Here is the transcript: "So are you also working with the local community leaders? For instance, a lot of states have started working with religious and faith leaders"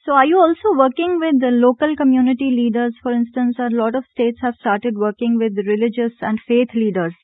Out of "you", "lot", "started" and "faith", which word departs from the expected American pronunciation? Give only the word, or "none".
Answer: faith